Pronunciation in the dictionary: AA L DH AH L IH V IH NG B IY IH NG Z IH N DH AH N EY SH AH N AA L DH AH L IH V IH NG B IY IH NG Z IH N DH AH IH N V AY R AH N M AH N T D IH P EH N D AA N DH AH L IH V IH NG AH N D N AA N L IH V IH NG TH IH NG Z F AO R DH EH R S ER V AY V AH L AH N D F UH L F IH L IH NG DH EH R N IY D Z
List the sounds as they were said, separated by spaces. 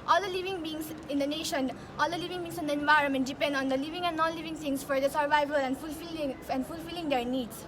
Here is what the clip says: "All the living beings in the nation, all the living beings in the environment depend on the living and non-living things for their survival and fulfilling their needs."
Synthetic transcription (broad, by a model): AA L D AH L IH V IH NG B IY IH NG S IH N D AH N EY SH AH N AA L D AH L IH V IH NG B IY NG S IH N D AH IH N V AY R AH N M AH N T D IH P EH N D AA N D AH L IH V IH NG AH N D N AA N L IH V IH NG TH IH NG S F AO R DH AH S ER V AY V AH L AH N D F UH L F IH L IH NG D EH R N IY D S